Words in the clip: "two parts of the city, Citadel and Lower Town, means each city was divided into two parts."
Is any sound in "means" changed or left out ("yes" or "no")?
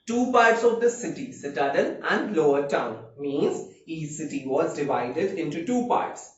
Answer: no